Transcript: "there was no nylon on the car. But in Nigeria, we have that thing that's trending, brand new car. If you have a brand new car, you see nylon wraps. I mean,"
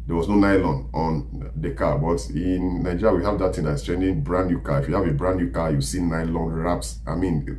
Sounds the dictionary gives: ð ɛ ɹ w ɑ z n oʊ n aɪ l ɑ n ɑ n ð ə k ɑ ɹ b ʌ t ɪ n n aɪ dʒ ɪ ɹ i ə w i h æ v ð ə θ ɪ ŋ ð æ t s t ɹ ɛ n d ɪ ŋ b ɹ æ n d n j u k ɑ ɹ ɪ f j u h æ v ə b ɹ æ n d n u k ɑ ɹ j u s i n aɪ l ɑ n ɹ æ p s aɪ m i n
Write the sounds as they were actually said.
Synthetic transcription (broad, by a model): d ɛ w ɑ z n oʊ n aɪ l ɑ n ɑ n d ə k ɑ b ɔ t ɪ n n aɪ dʒ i ɹ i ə w i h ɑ v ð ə t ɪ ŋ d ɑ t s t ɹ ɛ n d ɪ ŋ b ɹ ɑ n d n j u k ɑ ɪ f j u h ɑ v ə b ɹ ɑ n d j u k ɑ j u s i n aɪ l ɑ n ɹ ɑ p s aɪ m i n